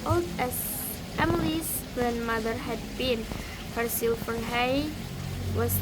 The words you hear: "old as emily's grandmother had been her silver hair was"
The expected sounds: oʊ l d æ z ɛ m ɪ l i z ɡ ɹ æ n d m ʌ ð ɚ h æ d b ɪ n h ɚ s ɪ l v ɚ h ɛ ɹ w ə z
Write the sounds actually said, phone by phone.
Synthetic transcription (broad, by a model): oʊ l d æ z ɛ m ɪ l i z ɡ ɹ æ n d m ʌ ð ɚ h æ d b ɪ n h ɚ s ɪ l f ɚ h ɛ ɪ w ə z